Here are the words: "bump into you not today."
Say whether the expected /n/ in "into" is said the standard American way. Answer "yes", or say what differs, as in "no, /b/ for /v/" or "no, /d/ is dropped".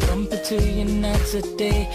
no, /n/ is dropped